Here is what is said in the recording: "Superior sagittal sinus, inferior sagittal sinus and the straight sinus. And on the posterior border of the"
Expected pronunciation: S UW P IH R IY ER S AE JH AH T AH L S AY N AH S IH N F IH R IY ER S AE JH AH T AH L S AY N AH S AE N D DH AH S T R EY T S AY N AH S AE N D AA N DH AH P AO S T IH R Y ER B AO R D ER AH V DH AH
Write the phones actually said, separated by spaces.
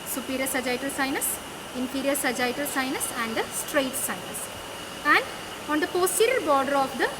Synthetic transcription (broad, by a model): S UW P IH R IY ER S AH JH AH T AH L S AY N AH S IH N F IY R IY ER S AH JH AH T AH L S AY N AH S AE N D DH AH S T R EY T S AY N AH S AE N D AA N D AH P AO S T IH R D B AO R D ER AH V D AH